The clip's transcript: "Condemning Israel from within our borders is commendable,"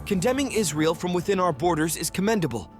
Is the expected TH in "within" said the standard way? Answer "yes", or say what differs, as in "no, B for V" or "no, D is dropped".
yes